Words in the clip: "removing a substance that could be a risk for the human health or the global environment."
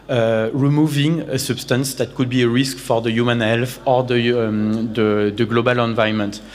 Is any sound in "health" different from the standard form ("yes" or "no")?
yes